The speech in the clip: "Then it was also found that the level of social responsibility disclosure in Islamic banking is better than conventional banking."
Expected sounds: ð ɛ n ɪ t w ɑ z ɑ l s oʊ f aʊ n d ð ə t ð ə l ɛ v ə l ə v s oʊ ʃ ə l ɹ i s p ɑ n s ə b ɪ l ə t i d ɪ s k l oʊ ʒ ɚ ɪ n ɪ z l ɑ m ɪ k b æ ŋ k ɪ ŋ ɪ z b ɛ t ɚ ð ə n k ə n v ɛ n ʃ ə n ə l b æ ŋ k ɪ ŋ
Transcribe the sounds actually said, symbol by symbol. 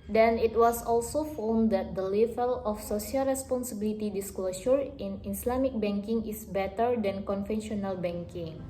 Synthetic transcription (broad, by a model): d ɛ n ɪ t w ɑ s ɑ l s oʊ f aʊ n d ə t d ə l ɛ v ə l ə f s oʊ s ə l ɹ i s p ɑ n s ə b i l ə t i d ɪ s k l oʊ ʃ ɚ ɪ n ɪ s l ɑ m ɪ k b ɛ ŋ k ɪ ŋ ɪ s b ɛ t ɚ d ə n k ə n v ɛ n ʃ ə n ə l b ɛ ŋ k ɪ ŋ